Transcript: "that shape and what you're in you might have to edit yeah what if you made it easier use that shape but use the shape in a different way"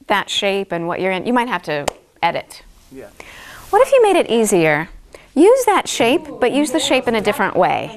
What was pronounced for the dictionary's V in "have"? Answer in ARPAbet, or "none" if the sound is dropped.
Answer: F